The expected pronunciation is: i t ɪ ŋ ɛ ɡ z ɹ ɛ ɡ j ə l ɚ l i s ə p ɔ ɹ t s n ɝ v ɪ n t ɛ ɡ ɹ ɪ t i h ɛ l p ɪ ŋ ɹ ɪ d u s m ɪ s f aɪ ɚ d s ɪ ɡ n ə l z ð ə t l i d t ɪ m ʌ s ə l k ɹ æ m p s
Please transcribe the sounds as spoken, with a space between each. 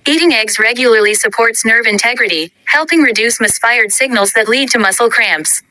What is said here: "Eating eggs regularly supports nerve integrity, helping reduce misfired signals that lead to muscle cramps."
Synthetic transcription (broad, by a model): i t ɪ ŋ ɛ ɡ z ɹ ɛ ɡ j l ɚ l i s ə p ɔ ɹ t s n ɝ v ɪ n t ɛ ɡ ɹ ɪ t i h ɛ l p ɪ ŋ ɹ ɪ d u s m ɪ s f aɪ ɚ d s ɪ ɡ n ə l z ð ə t l i d t ɪ m ʌ s l k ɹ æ m p s